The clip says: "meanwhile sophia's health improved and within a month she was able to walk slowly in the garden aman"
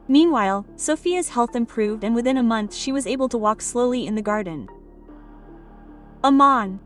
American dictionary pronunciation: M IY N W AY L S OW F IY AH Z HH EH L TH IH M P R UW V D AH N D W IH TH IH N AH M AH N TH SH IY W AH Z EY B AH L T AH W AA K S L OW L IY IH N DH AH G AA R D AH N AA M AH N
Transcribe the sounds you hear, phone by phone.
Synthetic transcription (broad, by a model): M IY N W AY L S OW F IY AH Z HH EH L TH IH M P R UW V D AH N W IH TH IH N AH M AH N TH SH IY W AH Z EY B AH L T AH W AA K S L OW L IY IH N DH AH G AA R D N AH M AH N